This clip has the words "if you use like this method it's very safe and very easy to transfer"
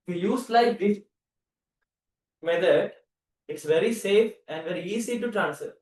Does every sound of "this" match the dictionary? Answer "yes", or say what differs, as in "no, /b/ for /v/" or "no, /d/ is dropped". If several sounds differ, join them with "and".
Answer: no, /s/ is dropped